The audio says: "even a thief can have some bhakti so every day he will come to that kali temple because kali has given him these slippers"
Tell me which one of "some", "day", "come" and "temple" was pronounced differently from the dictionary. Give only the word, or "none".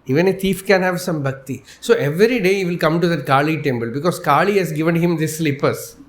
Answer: temple